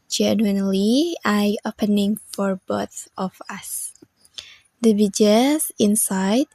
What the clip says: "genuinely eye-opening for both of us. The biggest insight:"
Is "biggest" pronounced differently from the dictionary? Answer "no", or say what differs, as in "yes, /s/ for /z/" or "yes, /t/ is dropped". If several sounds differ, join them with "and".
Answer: yes, /t/ is dropped